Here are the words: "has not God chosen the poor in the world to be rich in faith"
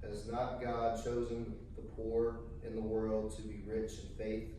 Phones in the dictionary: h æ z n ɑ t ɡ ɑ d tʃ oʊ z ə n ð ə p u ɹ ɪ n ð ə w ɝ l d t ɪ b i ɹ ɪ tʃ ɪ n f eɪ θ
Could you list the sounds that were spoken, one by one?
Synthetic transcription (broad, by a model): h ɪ z n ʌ t ɡ ɑ d tʃ oʊ z ə n ð ə p u ɹ ɪ n ð ə w ɝ l d t ɪ b i ɹ ɪ tʃ ɪ n f eɪ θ